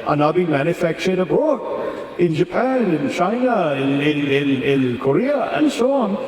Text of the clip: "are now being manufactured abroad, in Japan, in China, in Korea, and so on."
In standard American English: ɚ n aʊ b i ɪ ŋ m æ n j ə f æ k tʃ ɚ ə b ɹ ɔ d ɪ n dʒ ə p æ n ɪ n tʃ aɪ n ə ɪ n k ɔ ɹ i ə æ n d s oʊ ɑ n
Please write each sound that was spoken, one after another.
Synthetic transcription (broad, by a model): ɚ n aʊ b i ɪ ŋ m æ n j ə f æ k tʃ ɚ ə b ɔ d ɪ n dʒ ə p æ n ɪ n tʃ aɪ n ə ɪ n k ɔ ɹ i ə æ n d s oʊ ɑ n